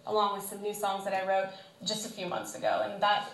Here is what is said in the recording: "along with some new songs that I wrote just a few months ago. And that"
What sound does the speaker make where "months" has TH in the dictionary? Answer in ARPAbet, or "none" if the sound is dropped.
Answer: TH